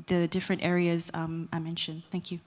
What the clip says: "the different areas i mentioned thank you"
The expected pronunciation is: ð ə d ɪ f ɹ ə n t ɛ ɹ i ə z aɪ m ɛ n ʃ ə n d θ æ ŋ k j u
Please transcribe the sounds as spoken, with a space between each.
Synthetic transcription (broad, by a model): ð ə d ɪ f ɹ ə n t ɛ ɹ i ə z aɪ m ɛ n ʃ ə n d θ æ ŋ k j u